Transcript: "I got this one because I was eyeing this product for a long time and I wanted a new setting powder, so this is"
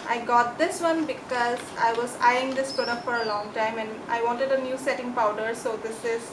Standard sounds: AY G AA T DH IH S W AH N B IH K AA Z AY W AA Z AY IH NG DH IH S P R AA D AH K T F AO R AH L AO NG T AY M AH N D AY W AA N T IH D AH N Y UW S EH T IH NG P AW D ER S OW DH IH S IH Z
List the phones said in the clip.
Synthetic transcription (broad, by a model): AY G AA T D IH S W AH N B IH K AA Z AY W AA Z AY IH NG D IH S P AA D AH F AO R AH L AO NG T AY M AH N D AY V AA N T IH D AH N Y UW S EH T IH NG P AW D ER S OW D IH S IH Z